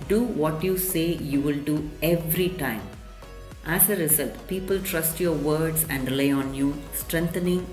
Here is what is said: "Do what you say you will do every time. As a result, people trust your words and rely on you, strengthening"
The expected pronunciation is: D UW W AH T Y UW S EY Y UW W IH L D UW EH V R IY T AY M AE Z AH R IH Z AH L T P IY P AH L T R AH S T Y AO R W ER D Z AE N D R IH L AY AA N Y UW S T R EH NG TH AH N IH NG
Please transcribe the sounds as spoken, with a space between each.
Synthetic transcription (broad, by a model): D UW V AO T Y UW S EY Y UW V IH L D UW EH V R IY T AY M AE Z AH R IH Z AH L T P IY P AH L T R AH S T Y AO R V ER D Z AE N D L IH IH AA N Y UW S T R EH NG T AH N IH NG